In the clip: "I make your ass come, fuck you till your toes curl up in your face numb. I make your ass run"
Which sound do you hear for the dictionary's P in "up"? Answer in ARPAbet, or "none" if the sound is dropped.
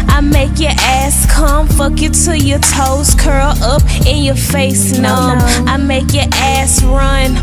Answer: P